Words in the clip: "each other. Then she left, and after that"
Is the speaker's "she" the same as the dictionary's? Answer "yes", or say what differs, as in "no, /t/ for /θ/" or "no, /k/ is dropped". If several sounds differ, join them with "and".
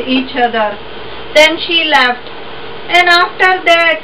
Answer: yes